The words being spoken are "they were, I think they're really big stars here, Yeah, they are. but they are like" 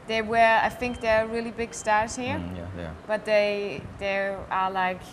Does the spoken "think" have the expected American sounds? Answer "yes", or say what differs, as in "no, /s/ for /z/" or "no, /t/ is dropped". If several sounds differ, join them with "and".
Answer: yes